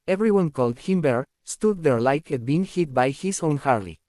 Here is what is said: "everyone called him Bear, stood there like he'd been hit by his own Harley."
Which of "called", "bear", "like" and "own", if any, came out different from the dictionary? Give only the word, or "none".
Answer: none